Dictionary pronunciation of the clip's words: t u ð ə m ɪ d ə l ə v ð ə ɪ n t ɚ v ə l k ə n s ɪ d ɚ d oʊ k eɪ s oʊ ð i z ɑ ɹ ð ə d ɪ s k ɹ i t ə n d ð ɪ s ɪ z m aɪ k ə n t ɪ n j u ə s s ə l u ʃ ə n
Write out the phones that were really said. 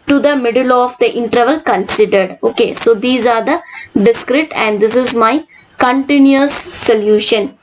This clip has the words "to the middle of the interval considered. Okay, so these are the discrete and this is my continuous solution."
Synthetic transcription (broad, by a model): t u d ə m ɪ d ə l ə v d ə ɪ n t ɚ v ə l k ə n s ɪ d ɚ d oʊ k eɪ s oʊ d i z ɑ ɹ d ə d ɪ s k ɹ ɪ t ə n d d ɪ s ɪ z m aɪ k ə n t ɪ n j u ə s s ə l u ʃ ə n